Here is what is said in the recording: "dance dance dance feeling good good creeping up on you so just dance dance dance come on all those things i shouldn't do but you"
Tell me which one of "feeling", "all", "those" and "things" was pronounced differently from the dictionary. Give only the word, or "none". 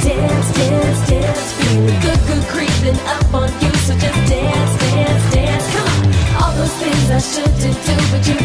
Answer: feeling